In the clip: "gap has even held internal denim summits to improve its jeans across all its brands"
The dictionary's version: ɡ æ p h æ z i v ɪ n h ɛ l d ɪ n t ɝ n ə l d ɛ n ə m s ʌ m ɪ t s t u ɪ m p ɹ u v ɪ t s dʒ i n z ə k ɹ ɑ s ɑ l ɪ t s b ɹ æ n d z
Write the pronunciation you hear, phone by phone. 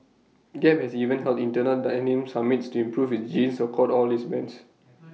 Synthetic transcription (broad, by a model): ɡ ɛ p h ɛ s i v ɪ n h ɛ l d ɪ n t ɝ n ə l d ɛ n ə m s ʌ m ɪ t s t u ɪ m p ɹ u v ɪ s dʒ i n s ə k ɑ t ɑ l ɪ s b ɛ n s